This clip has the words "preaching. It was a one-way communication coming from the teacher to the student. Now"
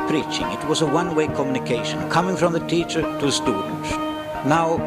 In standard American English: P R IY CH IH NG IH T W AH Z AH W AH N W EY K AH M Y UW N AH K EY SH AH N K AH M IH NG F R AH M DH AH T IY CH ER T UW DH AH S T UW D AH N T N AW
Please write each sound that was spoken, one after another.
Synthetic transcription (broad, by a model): P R IY CH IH NG IH T W AH Z AH W AH N W EY K AH M Y UW N AH K EY SH AH N K AH M IH NG F R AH M DH AH T IY CH ER T UW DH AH S T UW D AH N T N AW